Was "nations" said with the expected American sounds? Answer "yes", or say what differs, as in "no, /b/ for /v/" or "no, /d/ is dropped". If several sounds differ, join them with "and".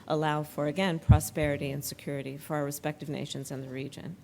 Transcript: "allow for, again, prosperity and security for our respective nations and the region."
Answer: yes